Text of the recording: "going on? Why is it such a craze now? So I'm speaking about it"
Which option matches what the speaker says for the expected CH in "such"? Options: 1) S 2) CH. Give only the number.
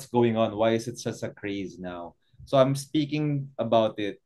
1